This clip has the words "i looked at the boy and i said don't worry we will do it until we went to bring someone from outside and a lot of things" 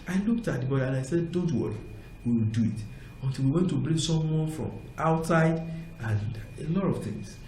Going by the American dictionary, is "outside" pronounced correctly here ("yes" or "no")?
yes